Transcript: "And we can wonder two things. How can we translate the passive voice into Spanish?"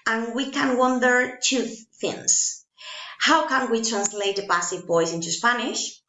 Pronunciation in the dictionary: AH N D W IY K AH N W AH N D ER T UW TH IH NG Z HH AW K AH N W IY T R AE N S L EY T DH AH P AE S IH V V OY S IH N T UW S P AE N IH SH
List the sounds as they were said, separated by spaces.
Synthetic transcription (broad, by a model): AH N W IY K AH N W AH N D ER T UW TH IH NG S HH AW K AH N W IY T R AE N S L EY T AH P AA S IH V B OY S IH N T UW S P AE N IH SH